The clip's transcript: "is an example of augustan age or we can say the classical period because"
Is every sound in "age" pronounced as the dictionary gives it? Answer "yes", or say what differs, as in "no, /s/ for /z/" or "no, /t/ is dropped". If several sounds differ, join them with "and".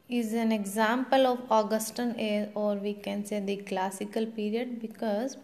no, /z/ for /dʒ/